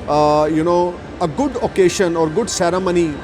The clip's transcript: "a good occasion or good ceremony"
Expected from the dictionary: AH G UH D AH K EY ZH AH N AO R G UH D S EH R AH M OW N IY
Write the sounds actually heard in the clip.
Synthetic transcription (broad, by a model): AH G UH D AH K EY SH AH N AO R G UH D S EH R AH M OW N IY